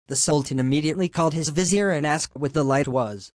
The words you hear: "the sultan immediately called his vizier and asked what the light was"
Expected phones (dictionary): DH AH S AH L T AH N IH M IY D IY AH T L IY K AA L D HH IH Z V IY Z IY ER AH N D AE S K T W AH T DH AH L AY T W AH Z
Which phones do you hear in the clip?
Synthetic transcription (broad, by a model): DH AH S AH L T AH N IH M IY D IY AH T L IY K AA L D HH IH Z V IY Z IY ER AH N AE S K T W AH T DH AH L AY T W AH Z